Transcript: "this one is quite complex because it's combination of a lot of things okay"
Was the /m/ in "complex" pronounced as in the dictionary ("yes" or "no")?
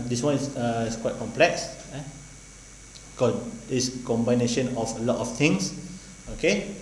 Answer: yes